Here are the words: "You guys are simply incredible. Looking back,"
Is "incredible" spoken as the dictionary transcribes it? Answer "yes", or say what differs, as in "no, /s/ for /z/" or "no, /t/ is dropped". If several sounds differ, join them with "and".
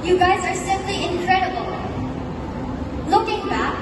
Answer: yes